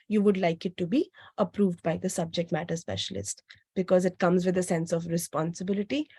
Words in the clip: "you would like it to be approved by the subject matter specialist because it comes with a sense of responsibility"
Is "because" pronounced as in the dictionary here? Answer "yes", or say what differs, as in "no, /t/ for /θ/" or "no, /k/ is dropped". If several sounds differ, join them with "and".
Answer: yes